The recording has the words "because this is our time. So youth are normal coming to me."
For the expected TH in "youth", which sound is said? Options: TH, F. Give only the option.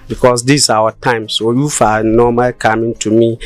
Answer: F